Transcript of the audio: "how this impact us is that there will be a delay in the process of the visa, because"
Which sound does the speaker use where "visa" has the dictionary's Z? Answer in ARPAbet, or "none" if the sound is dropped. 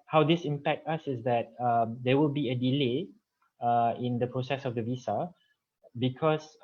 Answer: S